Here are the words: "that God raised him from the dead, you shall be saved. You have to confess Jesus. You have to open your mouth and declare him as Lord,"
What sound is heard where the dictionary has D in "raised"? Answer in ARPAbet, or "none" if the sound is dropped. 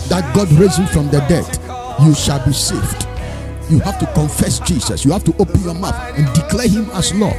none